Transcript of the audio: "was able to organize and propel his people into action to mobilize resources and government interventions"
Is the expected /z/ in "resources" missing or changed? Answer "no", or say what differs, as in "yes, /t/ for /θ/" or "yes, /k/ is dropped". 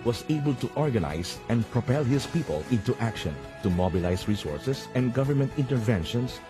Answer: yes, /s/ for /z/